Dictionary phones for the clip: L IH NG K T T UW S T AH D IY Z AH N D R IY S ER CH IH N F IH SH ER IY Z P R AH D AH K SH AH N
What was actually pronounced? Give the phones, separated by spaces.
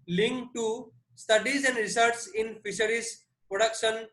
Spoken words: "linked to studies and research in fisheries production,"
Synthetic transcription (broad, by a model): L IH NG K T T UW S T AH D IY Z AH N D R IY S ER S IH N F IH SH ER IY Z P R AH D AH K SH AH N